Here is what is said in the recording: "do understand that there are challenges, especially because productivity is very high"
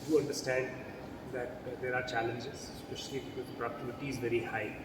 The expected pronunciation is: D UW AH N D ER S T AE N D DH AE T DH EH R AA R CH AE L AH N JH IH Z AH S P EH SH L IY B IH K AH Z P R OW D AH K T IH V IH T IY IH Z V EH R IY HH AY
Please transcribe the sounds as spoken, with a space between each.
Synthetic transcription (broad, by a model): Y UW AH N D ER S T AE N D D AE T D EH R AA R CH AE L AH N JH IH Z S P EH SH IY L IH AH P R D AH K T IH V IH T IY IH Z V EH R IY HH AY